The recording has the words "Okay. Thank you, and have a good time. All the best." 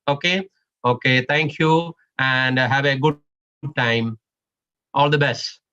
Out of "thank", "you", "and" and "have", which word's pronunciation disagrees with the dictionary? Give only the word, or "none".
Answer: thank